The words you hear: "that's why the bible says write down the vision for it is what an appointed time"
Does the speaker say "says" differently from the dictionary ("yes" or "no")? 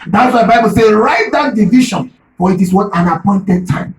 yes